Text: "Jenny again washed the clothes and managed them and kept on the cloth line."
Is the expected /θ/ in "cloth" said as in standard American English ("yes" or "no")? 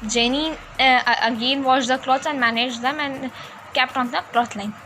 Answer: no